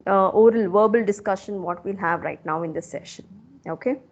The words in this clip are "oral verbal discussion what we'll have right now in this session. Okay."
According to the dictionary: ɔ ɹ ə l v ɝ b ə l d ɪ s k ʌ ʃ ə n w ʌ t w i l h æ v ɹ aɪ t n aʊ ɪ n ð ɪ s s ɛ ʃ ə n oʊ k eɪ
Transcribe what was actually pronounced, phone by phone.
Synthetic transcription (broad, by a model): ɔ ɹ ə l v ɝ b ə l d ɪ s k ʌ ʃ ə n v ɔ t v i l h æ v ɹ aɪ t n aʊ ɪ n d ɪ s s ɛ ʃ ə n oʊ k eɪ